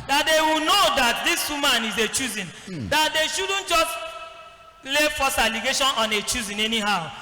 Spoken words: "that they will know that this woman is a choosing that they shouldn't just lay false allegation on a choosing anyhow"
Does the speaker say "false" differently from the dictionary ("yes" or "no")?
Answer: yes